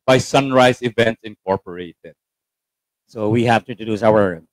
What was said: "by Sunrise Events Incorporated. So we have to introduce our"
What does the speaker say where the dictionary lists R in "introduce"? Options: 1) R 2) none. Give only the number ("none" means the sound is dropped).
2